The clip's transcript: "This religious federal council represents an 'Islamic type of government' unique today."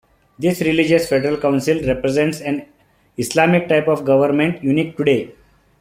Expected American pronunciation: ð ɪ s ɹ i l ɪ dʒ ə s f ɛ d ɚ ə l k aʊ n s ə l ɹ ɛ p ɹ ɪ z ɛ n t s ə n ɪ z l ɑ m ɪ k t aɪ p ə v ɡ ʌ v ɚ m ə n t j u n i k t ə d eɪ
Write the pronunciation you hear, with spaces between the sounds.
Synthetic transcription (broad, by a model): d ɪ s ɹ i l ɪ dʒ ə s f ɛ d ɚ ə l k aʊ n s ə l ɹ ɛ p ɹ ɪ z ɛ n t s ə n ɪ s l ɑ m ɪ k t aɪ p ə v ɡ ʌ v ɚ m ə n t j u n i k t ə d eɪ